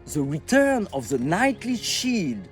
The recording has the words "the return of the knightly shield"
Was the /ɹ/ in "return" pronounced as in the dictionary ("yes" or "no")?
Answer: yes